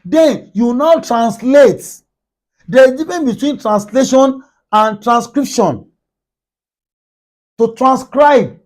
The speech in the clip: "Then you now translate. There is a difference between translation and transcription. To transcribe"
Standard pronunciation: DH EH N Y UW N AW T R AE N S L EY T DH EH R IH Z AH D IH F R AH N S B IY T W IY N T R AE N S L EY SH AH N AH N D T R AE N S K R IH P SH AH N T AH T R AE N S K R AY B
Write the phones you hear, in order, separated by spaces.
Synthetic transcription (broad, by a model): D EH N Y UW N AW T R AE N S L EY T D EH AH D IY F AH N B IY T W IY N T R AE N S L EY SH AH N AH N T R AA N S K R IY P SH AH N T AH T R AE N S K R AY B